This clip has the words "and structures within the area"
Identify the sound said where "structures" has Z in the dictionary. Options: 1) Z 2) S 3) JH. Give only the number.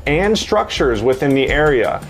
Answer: 1